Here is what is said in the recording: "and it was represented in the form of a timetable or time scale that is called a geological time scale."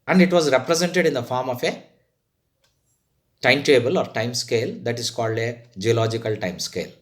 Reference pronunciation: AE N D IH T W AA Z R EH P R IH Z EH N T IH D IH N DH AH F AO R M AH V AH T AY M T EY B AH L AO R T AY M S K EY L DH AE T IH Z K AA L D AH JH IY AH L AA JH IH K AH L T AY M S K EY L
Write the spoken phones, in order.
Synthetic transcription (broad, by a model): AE N D IH T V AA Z R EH P R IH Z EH N T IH D IH N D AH F AO R M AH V AH T AY M T EY B AH L AO R T AY M S K EY L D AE T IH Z K AA L D AH JH IY AH L AA JH IH K AH L T AY M S K EY L